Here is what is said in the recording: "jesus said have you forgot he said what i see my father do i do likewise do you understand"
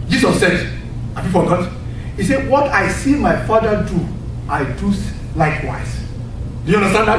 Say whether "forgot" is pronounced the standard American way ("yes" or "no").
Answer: no